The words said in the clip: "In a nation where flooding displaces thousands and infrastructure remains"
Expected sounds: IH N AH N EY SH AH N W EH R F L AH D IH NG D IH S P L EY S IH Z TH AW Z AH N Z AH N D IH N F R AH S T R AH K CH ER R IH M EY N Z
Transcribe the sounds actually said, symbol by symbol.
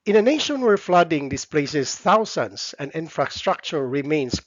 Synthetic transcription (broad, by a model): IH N AH N EY SH AH N W EH R F L AH D IH NG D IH S P L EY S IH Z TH AW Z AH N S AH N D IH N F R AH S T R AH K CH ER R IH M EY N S